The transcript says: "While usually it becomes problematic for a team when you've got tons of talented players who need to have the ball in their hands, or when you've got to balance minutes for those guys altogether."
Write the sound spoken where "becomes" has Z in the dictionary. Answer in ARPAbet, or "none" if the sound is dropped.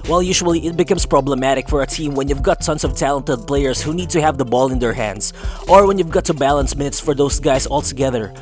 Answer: S